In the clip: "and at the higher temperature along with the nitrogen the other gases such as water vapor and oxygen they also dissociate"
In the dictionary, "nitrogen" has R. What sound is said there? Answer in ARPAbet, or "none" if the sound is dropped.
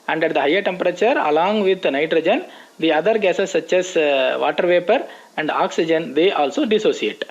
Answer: R